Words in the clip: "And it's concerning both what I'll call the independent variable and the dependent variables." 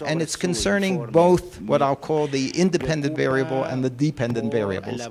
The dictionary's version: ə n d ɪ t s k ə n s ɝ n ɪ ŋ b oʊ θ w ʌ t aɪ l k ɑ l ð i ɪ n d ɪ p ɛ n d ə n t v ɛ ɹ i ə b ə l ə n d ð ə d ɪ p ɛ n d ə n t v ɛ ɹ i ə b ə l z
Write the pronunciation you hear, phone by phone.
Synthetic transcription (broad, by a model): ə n ɪ t s k ə n s ɝ n ɪ ŋ b oʊ θ w ʌ t aɪ l k ɑ l ð i ɪ n d ɪ p ɛ n d ə n t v ɛ ɹ i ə b l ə n ð ə d ɪ p ɛ n d ə n t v ɛ ɹ i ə b l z